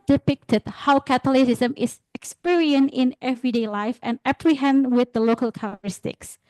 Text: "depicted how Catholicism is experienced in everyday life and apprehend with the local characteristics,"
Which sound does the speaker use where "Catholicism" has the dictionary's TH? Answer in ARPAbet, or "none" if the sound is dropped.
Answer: T